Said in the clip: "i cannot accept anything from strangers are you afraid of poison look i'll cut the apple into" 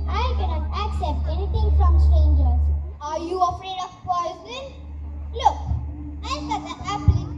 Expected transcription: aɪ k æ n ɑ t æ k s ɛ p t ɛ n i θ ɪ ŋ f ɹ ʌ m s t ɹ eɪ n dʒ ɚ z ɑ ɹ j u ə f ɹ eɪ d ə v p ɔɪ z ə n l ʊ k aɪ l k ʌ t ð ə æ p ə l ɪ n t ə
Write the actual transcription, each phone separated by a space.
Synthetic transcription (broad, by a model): aɪ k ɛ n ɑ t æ k s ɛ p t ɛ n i t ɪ ŋ f ɹ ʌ m s t ɹ eɪ n dʒ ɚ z ɑ ɹ j u ə f ɹ eɪ d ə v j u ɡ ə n l ʊ k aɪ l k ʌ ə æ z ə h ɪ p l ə